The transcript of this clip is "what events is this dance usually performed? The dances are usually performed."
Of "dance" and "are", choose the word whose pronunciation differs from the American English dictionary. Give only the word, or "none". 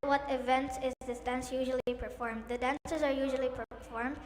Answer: none